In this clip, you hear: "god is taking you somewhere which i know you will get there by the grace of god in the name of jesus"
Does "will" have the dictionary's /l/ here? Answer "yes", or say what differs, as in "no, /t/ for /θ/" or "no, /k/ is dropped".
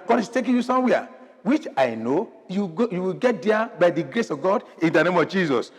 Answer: no, /w/ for /l/